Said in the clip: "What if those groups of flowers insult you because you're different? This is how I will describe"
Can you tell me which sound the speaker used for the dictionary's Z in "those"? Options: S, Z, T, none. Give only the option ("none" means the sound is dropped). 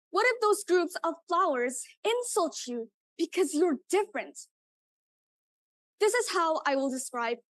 Z